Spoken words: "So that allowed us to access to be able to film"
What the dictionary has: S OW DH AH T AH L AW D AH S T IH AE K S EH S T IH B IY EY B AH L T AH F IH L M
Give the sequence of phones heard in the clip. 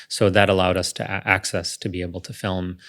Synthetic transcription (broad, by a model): S OW DH AH T AH L AW D AH S T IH AE K S EH S T IH B IY EY B L T AH F IH L M